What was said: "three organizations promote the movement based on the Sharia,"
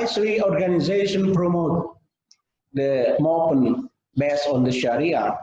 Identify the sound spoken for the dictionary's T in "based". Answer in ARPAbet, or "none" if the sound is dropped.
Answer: none